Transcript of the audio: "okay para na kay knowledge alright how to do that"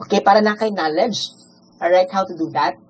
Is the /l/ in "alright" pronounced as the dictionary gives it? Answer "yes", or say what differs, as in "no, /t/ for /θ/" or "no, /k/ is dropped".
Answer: no, /l/ is dropped